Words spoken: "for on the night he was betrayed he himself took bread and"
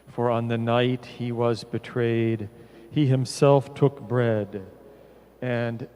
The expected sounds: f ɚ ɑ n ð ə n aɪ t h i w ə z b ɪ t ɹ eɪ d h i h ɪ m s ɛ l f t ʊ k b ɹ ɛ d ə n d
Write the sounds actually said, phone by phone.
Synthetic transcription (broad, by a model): f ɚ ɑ n ð ə n aɪ t h i w ə z b ɪ t ɹ eɪ d h i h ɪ m s ɛ l f t ʊ k b ɹ ɛ d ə n